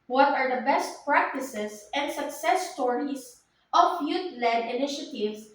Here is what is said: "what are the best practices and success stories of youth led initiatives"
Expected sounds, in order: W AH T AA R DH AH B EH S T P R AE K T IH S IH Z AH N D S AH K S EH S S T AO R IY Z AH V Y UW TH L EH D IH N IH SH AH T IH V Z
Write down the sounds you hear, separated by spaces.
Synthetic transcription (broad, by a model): W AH T AA R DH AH B EH S T P R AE K T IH S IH S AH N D S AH K S EH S S T AO R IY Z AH F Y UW T L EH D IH N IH SH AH T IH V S